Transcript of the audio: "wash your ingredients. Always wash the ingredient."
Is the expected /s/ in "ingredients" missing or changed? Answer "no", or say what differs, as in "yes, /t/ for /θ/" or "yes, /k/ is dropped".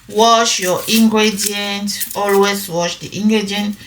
yes, /s/ is dropped